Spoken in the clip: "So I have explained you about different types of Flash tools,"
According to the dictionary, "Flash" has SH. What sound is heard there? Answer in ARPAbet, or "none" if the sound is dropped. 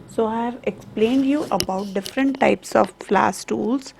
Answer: S